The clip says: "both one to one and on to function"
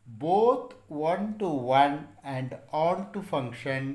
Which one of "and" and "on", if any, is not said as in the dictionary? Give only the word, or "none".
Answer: on